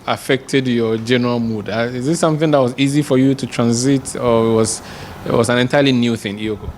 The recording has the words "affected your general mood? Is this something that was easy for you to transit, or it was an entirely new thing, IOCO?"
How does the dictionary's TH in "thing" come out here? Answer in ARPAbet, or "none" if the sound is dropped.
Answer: TH